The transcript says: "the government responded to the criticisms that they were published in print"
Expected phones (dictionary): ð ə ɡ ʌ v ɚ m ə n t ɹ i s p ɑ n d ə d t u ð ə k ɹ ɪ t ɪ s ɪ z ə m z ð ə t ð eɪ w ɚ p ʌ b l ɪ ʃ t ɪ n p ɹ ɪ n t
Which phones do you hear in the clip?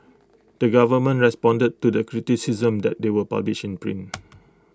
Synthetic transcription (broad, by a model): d ə ɡ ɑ v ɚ m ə n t ɹ i s p ɑ n d ə d t u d ə k ɹ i t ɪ s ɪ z ə m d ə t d eɪ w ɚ p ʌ b l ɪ ʃ ɪ n p ɹ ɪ n